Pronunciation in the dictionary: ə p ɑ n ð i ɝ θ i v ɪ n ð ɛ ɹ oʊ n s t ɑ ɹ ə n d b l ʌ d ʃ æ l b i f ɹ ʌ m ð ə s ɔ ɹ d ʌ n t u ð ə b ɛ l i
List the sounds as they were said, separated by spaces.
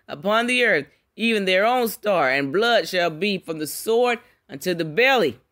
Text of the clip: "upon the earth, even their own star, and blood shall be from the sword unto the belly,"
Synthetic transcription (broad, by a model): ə p ɑ n ð i ɝ θ i v ɪ n ð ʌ ɹ oʊ n s t ɑ ɹ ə n b l ʌ d ʃ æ l b i f ɹ ʌ m ð ə s ɔ ɹ d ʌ n t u ð ə b ɛ l i